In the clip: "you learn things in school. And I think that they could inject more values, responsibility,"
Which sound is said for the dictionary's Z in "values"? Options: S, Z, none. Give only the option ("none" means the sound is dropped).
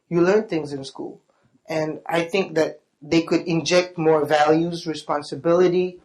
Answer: Z